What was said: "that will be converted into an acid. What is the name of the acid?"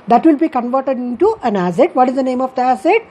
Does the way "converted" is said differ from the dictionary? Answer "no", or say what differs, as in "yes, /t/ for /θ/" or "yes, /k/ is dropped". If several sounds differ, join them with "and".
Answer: no